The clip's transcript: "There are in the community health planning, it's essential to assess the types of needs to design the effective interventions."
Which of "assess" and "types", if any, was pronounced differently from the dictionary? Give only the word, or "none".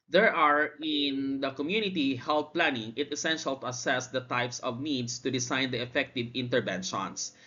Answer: none